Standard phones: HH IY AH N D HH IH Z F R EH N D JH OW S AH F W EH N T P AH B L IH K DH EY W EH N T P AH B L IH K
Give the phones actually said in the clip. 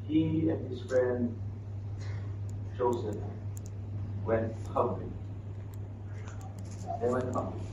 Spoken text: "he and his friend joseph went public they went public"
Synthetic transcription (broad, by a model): HH IY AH N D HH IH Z F R EH N D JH OW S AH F W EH N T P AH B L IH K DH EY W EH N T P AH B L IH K